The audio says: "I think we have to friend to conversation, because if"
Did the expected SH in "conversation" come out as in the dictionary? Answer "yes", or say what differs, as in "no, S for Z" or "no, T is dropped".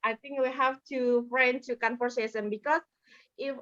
no, S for SH